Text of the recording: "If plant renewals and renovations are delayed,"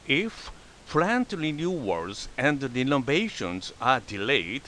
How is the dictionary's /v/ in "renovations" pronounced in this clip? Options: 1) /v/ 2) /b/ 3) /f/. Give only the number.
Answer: 2